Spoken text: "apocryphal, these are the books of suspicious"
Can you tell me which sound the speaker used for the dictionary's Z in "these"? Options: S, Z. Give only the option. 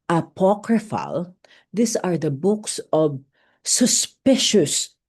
S